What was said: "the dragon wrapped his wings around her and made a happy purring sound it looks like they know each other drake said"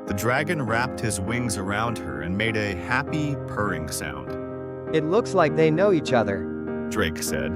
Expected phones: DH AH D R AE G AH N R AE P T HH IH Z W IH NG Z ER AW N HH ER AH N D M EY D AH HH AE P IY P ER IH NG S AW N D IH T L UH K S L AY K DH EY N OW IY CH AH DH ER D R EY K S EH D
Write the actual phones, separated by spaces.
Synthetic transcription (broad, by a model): DH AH D R AE G AH N R AE P T HH IH Z W IH NG Z ER AW N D ER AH N M EY D AH HH AE P IY P ER IH NG S AW N D IH T L UH K S L AY K DH EY N OW IY CH AH DH ER D R EY K S EH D